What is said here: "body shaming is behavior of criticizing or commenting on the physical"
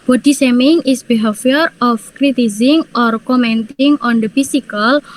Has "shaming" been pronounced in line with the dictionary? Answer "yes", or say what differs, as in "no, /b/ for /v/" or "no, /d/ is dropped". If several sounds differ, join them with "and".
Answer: no, /s/ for /ʃ/